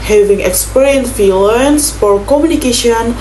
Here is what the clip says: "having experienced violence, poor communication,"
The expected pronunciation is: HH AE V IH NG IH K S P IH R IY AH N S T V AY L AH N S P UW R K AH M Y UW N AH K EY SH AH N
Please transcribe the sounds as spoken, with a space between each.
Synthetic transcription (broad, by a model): HH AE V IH NG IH K S P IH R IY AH N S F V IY L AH N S F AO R K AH M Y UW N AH K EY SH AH N